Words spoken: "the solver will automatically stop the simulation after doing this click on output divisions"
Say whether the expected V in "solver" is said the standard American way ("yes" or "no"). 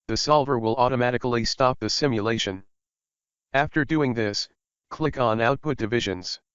yes